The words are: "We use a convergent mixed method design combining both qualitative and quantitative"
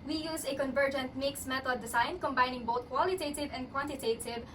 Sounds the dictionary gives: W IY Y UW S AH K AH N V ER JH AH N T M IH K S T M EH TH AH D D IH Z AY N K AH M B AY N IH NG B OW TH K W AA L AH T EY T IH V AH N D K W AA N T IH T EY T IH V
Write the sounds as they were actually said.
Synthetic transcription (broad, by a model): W IY Y UW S AH K AH N V ER JH AH N T M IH K S M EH T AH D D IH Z AY N K AH M B AY N IH NG B OW T K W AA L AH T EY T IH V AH N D K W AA N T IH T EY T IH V